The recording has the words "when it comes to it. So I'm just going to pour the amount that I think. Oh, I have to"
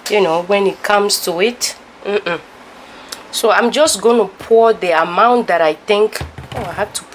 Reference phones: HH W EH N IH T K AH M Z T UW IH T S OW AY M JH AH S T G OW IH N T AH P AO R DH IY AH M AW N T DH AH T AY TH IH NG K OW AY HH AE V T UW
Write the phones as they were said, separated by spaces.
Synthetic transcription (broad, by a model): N W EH N IH T K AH M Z T UW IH T S OW AY M JH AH S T G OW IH N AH P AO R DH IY AH M AW N T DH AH T AY TH IH NG K OW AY HH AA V T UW